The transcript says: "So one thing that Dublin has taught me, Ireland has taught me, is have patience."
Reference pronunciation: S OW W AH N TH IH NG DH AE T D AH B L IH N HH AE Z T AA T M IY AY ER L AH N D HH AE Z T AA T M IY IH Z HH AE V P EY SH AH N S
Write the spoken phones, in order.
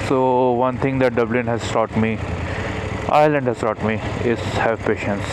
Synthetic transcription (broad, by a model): S OW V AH N T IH NG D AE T D AH B L IH N HH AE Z T AA T M IY AY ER L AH N D HH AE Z T AA T M IY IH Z HH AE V P EY SH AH N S